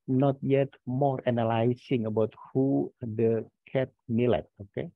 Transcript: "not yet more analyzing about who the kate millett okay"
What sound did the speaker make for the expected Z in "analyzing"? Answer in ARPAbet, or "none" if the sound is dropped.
S